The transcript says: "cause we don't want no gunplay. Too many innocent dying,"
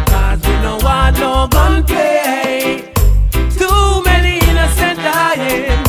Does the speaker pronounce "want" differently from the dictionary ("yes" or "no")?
yes